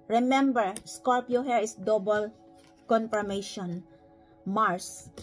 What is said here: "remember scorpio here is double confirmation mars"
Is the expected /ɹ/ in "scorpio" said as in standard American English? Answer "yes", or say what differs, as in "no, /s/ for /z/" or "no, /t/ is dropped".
no, /l/ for /ɹ/